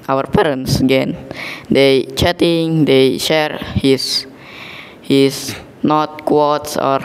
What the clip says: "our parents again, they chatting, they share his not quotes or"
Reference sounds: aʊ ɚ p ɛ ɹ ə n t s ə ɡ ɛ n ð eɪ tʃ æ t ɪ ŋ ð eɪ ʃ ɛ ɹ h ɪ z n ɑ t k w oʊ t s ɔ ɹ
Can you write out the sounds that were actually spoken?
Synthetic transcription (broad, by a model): aʊ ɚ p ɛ ɹ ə n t s ə ɡ ɛ n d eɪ tʃ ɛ t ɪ ŋ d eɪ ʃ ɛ ɹ h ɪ s n ɑ t k w oʊ t s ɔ ɹ